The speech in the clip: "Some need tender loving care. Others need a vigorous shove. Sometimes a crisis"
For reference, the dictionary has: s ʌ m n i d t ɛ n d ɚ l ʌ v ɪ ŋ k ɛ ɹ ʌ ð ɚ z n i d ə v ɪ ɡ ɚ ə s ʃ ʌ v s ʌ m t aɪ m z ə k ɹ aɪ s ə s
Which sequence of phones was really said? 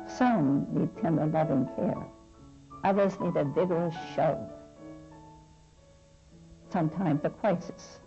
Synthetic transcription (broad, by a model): s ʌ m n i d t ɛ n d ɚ l ʌ v ɪ ŋ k ɛ ɹ ʌ ð ɚ z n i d ə v ɪ ɡ ɚ ə s ʃ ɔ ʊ s ʌ m t aɪ m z ə k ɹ aɪ s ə s